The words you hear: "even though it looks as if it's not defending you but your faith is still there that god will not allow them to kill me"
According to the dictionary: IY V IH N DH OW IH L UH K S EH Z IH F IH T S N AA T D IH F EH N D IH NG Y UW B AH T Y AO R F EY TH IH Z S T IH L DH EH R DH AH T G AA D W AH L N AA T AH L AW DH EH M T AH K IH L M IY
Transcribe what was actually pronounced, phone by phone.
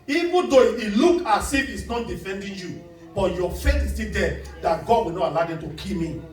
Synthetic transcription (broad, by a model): IY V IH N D OW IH L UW K AA S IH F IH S N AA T D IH F EH N D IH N Y UW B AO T Y AO F EY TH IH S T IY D EH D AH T G AA D W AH N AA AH L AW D EH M T AH K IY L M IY